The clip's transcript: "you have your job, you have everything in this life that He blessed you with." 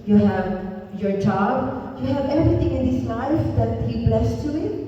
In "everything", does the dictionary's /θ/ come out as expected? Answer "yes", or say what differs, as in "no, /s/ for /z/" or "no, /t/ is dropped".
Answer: no, /t/ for /θ/